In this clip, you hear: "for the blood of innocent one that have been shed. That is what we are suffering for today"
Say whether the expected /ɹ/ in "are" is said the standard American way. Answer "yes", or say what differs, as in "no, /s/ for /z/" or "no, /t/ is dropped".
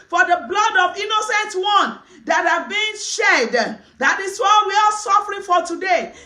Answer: no, /l/ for /ɹ/